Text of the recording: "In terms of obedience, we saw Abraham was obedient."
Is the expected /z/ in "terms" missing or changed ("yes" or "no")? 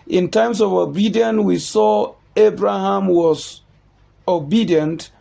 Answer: yes